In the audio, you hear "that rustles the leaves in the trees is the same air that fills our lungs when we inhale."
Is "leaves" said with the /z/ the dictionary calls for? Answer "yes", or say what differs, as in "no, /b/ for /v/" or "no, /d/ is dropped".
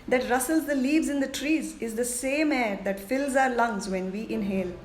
yes